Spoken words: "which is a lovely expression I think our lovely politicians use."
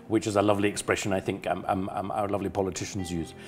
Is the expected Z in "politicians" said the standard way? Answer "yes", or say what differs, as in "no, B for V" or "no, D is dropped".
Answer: yes